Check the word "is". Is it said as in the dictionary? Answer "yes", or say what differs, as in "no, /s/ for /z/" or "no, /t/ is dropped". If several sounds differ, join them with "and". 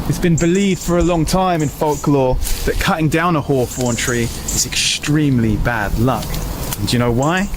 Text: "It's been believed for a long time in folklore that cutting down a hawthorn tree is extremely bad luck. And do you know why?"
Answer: yes